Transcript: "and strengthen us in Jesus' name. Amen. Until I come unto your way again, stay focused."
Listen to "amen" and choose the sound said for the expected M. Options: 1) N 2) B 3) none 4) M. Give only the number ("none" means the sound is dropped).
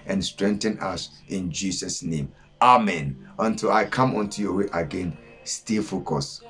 4